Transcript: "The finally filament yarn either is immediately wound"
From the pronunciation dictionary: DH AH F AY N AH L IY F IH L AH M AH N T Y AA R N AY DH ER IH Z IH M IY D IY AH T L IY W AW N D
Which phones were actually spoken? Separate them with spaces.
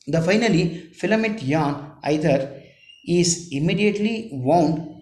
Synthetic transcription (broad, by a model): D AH F AY N AH L IY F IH L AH M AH T Y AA N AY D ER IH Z IH M IY D IY AH T L IY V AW N D